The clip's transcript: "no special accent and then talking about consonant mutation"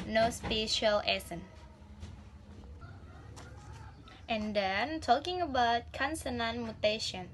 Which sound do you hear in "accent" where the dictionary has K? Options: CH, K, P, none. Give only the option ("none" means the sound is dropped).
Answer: none